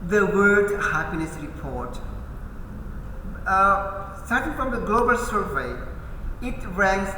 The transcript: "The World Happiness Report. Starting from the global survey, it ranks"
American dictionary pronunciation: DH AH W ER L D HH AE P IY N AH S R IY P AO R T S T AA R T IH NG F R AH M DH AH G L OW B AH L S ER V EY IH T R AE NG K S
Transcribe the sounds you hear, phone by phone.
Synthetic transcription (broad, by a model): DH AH W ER D HH AE P IY N AH S R IY P AO R T S T AA R T IH NG F R AH M DH AH G L OW B AH L S ER V EY IH T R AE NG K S